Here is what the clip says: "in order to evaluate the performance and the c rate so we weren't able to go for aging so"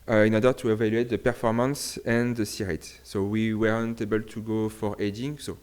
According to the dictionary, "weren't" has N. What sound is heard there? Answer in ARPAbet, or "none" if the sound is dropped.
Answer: N